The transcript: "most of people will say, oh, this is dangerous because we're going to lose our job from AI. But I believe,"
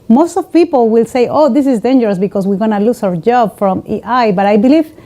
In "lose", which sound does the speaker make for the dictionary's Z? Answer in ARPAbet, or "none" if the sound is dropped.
S